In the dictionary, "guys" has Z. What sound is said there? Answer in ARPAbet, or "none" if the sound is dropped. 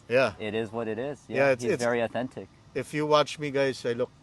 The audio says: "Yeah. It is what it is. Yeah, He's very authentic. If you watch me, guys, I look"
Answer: S